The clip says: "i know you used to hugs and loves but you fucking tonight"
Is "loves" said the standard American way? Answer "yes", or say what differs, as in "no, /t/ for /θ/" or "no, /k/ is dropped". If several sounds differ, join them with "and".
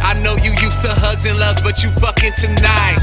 no, /v/ is dropped